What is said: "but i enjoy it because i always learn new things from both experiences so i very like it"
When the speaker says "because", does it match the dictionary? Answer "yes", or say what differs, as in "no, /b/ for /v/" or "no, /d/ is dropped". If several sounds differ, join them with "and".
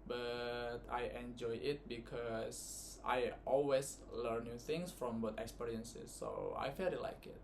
no, /s/ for /z/